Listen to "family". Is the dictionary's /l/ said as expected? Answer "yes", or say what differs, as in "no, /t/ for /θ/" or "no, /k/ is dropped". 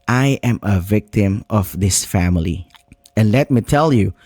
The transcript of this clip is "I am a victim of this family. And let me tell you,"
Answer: yes